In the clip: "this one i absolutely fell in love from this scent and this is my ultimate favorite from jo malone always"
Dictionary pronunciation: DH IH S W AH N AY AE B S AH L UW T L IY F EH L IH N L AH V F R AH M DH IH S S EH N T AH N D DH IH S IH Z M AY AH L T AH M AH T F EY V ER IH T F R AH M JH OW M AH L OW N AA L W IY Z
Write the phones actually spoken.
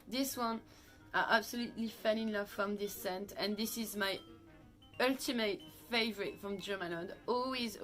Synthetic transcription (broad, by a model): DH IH S W AH N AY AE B S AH L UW T L IY F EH N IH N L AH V F R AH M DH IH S S EH N T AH N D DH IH S IH Z M AY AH L T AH M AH T F EY V ER IH T F R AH M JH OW M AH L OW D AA L W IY Z